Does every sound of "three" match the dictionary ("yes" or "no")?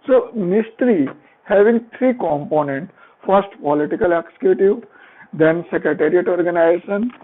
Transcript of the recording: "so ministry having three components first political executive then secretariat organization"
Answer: no